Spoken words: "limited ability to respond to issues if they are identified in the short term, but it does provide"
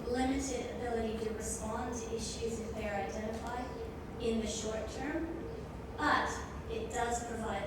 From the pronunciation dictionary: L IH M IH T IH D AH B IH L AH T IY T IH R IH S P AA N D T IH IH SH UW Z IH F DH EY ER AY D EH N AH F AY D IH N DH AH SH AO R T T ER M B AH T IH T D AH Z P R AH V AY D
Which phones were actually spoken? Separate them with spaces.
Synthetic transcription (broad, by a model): L IH M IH T IH D AH B IH L AH T IY T IH R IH S P AA N T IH IH SH UW Z IH F DH EY ER AY D EH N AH F AY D IH N DH AH SH AO R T T ER M B AH T IH T D AH Z P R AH V AY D